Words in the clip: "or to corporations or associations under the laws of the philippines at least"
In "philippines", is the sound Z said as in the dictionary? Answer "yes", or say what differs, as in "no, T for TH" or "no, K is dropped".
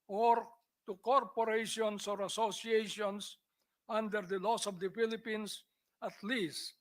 no, S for Z